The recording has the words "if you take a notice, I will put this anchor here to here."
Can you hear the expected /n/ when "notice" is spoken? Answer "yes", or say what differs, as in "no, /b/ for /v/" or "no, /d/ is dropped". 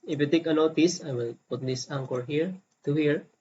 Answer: no, /l/ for /n/